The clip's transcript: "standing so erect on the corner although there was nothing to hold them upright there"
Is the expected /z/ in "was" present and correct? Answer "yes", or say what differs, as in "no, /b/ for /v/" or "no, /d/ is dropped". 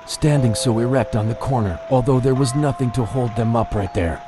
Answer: yes